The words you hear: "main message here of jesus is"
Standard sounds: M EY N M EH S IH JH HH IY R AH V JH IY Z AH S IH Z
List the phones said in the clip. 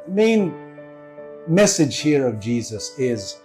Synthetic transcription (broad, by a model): M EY N M EH S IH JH HH IY R AH V JH IY Z AH S IH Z